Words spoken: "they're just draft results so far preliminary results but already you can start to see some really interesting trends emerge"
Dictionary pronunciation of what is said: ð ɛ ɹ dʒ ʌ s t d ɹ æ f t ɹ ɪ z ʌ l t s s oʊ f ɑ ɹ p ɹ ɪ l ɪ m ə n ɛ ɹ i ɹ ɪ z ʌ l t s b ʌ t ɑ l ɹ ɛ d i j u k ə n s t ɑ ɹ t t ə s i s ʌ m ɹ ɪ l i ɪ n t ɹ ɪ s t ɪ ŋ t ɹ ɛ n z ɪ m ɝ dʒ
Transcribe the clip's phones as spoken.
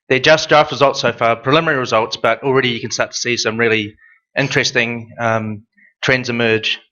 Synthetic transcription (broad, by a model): ð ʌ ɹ dʒ ʌ s t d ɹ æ f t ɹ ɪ z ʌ l t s s oʊ f ɑ ɹ p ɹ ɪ l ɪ m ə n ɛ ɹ i ɹ ɪ z ʌ l t s b ʌ t l ɹ ɛ d i j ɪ k ə n s t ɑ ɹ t t ə s i s ʌ m ɹ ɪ l i ɪ n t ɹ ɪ s t ɪ ŋ t ɹ ɛ n z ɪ m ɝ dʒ